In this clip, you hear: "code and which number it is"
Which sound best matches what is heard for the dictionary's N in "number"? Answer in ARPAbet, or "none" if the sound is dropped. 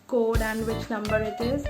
L